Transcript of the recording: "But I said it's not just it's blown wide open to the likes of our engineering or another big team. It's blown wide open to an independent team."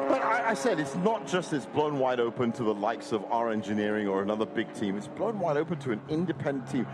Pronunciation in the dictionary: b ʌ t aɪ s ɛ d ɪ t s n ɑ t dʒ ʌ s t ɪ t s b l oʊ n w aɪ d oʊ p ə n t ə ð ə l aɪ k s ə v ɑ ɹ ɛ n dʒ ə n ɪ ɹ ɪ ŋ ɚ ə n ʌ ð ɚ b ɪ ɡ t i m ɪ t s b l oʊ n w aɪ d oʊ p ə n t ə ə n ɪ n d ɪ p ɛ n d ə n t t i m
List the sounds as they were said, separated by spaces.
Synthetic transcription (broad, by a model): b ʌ t aɪ s ɛ d ɪ t s n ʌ t dʒ ʌ s t ɪ t s b l oʊ n w aɪ d oʊ p ə n t ə ð ə l aɪ k s ə v ɑ ɹ ɛ n dʒ ə n ɪ ɹ ɪ ŋ ɚ ə n ʌ ð ɚ b ɪ ɡ t i m ɪ t s b l oʊ n w aɪ d oʊ p ə n t ə ə n ɪ n d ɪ p ɛ n d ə n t t i m